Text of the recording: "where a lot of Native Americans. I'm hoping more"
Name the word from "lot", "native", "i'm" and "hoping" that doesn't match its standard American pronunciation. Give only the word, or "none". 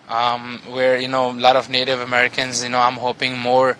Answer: none